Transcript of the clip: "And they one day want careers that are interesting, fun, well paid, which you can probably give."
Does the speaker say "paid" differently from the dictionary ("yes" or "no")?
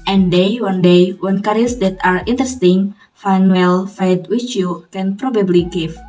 yes